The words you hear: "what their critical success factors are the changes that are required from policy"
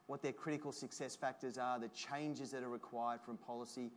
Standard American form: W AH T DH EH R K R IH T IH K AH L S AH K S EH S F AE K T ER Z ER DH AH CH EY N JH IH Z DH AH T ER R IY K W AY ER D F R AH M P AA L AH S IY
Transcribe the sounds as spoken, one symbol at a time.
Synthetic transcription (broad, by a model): W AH T DH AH R K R IH T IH K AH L S AH K S EH S F AE K T ER Z ER DH AH CH EY N JH IH Z DH AH T ER R IY K W AY ER D F R AH M P AA L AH S IY